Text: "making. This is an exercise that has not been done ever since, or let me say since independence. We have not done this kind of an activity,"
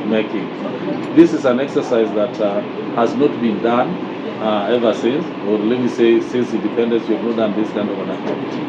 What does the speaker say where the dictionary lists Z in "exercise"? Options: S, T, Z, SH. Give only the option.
Z